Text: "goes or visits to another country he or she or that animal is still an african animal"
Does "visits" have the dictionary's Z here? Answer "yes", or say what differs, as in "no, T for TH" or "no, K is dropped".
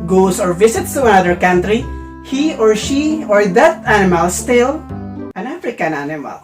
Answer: no, S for Z